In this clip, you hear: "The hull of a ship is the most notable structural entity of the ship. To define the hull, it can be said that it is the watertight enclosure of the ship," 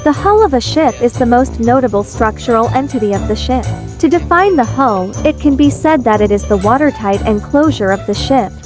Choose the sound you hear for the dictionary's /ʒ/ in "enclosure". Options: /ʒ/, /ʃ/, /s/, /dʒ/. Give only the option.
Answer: /ʒ/